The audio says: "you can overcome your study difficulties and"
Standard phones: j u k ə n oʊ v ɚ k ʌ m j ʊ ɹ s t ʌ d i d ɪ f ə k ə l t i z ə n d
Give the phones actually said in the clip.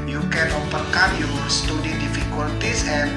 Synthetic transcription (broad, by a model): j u k ə n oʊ p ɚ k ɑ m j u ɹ s t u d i d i f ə k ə l t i s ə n